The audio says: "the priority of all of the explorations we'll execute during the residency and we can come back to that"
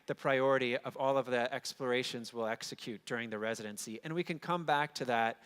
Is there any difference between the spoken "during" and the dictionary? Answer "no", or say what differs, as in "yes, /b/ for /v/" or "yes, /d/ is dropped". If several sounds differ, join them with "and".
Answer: no